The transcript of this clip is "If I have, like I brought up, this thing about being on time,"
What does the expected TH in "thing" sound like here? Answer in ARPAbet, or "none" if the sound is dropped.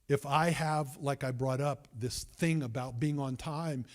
TH